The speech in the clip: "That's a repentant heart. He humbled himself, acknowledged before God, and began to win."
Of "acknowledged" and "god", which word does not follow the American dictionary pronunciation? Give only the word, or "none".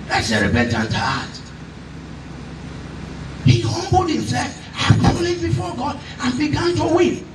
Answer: acknowledged